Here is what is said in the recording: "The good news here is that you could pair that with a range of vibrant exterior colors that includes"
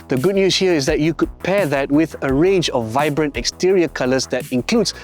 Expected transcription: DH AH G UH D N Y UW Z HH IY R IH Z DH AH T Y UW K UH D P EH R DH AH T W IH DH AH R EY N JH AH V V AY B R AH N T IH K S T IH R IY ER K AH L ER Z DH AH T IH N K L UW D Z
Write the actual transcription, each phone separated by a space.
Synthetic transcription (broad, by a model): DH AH G UH D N Y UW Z HH IY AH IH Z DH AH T Y UW K UH D P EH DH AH T W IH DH AH R EY N JH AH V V AY B R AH N T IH K S T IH R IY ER K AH L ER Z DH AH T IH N K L UW D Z